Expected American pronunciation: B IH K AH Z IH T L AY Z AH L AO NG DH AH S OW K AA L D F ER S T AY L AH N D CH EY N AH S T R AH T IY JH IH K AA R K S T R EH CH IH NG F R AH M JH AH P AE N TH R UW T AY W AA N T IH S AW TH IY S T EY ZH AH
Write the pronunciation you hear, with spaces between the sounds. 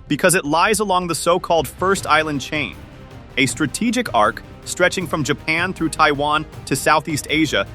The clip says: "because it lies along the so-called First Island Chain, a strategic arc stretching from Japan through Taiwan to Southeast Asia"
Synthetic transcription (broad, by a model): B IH K AH Z IH T L AY Z AH L AO NG DH AH S OW K AA L D F ER S T AY L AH N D CH EY N AH S T R AH T IY JH IH K AA R K S T R EH CH IH NG F R AH M JH AH P AE N TH R UW T AY W AA N T IH S AW TH IY S T EY ZH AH